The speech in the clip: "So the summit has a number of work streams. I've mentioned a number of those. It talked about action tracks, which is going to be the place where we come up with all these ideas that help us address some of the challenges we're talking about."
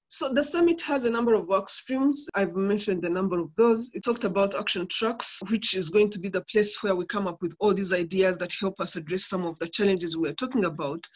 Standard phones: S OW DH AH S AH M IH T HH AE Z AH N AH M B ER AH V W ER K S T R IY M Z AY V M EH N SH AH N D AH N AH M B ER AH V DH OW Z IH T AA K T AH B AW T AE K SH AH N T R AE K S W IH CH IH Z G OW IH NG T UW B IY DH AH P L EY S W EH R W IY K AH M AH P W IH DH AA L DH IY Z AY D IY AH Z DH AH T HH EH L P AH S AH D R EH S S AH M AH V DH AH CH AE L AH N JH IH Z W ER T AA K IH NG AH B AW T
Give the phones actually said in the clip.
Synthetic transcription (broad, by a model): S OW DH AH S AH M IH T HH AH Z AH N AH M B ER AH V W ER K S T R IY M Z AY V M EH N SH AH N D AH N AH M B ER AH V DH OW Z IH T AA K T AH B AW T AE K SH AH N T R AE K S W IH CH IH Z G OW IH NG T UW B IY DH AH P L EY S W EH R W IY K AH M AH P W IH DH AA L DH IY Z AY D IY AH Z DH AH T HH EH L P AH S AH D R EH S S AH M AH V DH AH CH AE L AH N JH IH Z W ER T AA K IH NG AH B AW T